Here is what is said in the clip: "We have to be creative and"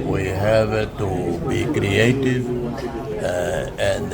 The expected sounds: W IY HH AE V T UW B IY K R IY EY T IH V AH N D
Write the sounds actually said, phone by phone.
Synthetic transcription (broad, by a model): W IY HH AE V T UW B IY K R IY EY T IH V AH N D